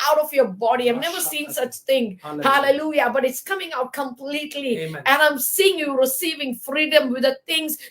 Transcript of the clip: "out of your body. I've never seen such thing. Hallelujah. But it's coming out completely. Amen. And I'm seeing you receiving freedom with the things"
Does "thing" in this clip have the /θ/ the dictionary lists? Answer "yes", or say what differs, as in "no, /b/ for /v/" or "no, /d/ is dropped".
no, /t/ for /θ/